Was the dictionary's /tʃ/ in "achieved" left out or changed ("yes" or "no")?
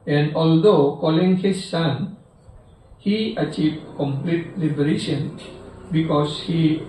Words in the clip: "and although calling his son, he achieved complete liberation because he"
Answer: no